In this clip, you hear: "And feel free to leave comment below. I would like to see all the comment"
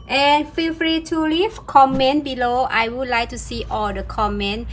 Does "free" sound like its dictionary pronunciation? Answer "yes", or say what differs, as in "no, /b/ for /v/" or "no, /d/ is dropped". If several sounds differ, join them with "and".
yes